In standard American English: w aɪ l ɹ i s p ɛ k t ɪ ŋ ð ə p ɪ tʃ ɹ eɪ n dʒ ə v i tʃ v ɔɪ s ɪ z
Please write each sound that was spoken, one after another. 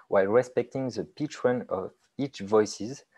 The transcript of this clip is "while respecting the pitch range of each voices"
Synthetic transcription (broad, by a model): w aɪ l ɹ i s p ɛ k t ɪ ŋ ð ə p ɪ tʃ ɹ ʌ n ə v i tʃ v ɔɪ s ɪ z